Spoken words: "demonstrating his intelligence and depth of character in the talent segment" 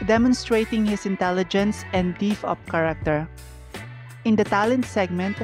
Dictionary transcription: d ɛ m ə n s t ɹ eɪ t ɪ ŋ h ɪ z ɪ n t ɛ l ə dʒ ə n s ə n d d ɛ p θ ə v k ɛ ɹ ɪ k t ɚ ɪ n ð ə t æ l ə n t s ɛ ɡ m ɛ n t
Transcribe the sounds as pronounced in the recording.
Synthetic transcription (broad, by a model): d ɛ m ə n s t ɹ eɪ t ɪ ŋ h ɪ s ɪ n t ɛ l ə dʒ ə n s ə n d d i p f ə p k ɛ ɹ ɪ k t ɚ ɪ n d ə t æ l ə n t s ɛ ɡ m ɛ n t